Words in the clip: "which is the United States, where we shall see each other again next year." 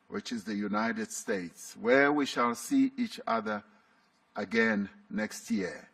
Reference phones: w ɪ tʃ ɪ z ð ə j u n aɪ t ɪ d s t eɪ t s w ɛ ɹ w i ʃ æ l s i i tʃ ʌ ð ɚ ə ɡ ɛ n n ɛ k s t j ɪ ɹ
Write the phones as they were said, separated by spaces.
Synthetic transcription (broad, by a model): w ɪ tʃ ɪ z ð ə j u n aɪ t ɪ d s t eɪ t s w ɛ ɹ w i ʃ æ l s i i tʃ ʌ ð ɚ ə ɡ ɛ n n ɛ k s t j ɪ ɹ